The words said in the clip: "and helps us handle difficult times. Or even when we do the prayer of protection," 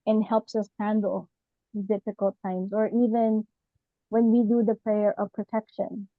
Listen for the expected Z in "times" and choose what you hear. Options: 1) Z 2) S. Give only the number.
1